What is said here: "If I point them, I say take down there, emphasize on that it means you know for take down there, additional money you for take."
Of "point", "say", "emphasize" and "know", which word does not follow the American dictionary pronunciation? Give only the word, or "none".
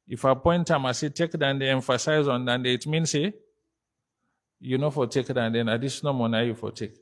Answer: none